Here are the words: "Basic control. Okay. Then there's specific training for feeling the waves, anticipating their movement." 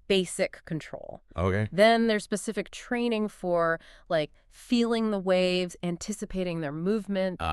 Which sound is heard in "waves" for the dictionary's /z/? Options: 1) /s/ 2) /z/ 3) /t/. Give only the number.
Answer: 2